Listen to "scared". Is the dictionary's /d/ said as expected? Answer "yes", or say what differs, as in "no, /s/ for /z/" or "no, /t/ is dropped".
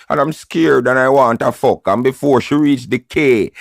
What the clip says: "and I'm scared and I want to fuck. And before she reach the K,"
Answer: yes